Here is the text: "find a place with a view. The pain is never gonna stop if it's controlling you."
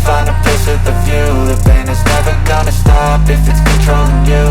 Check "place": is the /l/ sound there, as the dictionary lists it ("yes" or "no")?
no